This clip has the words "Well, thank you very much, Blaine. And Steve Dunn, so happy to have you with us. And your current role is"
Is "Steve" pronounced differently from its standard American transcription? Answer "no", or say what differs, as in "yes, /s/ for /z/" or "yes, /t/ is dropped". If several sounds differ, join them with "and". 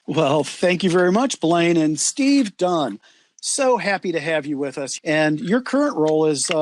no